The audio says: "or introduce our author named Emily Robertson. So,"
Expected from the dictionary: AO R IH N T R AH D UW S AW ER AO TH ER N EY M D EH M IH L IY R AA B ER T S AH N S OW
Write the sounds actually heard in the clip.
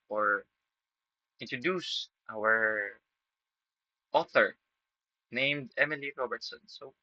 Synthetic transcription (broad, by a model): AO R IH N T R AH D UW S AW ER AO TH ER N EY M D EH M IH L IY R AA B ER T S AH N S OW